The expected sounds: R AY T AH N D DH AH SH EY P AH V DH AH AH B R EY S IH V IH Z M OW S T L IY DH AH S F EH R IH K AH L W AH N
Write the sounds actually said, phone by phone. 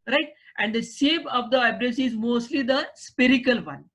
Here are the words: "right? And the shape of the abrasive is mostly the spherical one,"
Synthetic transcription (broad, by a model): R AY T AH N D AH S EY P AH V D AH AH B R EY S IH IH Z M OW S T L IY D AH S P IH R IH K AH L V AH N